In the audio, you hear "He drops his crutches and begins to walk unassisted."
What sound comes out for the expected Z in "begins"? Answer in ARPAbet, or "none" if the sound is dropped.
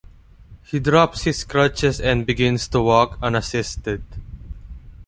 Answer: S